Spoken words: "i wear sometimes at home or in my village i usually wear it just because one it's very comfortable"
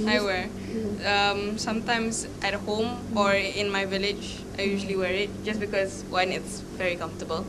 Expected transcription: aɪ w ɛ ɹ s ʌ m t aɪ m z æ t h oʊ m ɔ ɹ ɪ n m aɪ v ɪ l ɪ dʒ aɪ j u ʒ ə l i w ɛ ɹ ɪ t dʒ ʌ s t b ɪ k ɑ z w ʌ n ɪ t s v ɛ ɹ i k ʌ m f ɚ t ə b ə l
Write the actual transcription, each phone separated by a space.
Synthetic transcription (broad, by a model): aɪ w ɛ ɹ s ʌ m t aɪ m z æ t h oʊ m ɔ ɹ ɪ n m aɪ v ɪ l ɪ dʒ aɪ j u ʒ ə l i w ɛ ɹ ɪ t dʒ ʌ s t b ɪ k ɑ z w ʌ n ɪ t s v ɛ ɹ i k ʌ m f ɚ t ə b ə l